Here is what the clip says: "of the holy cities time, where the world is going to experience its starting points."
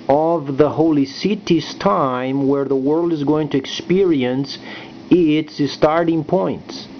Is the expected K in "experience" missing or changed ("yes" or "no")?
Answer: no